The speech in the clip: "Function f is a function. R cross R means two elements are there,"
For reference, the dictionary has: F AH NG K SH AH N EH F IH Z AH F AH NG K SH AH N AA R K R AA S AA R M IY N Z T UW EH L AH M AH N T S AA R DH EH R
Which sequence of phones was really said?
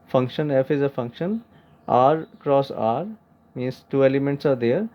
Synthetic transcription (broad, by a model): F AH NG K SH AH N EH F IH Z AH F AH NG K SH AH N AA R K R AA S AA R M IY N S T UW EH L AH M AH N T S AA R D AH R